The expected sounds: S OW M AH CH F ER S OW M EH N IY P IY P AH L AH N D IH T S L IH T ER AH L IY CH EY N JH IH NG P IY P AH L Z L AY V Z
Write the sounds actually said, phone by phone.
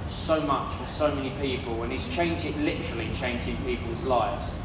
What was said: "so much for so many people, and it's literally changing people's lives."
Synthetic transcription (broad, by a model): S OW M AH CH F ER S OW M EH N IY P IY P AH L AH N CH IH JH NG L IH T ER AH L IY CH EY N JH IH NG P IY P AH L Z L AY V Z